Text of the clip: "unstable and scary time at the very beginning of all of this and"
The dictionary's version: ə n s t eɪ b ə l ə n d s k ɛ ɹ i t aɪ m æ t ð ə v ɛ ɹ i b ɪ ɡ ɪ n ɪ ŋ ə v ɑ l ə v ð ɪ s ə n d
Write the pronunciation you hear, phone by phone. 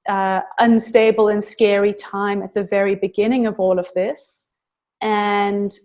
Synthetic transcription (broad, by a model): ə n s t eɪ b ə l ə n s k ɛ ɹ i t aɪ m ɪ t ð ə v ɛ ɹ i b ɪ ɡ ɪ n ɪ ŋ ə v ɑ l ə v ð ɪ s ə n